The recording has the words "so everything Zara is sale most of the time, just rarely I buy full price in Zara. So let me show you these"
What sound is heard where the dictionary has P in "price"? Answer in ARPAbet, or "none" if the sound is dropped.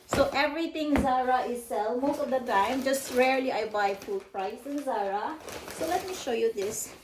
P